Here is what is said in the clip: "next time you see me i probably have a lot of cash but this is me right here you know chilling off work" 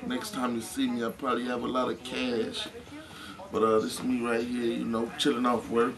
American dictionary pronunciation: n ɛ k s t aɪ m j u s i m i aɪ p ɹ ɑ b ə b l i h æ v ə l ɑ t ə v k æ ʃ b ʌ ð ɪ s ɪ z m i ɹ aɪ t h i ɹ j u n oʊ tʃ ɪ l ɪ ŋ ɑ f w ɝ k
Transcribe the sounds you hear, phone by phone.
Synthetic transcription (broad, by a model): n ɛ k s t aɪ m j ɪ s i m i aɪ p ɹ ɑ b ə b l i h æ v ə l ɑ t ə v k æ ʃ b ʌ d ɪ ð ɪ s m i ɹ aɪ t h i ɹ j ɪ n oʊ tʃ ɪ l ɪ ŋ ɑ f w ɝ